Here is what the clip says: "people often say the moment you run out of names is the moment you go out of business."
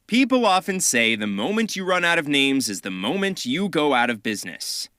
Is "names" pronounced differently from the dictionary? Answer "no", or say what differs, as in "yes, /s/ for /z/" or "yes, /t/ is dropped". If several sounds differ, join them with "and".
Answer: no